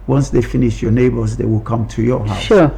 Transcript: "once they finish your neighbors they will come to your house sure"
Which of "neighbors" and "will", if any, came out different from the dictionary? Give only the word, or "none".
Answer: none